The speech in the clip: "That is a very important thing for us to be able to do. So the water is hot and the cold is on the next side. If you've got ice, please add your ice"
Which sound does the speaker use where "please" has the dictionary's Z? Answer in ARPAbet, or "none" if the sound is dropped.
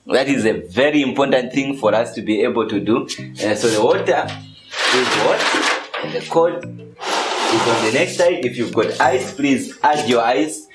Z